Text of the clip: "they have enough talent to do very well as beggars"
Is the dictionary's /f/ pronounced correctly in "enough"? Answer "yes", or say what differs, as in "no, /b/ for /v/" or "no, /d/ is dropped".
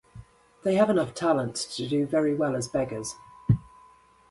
yes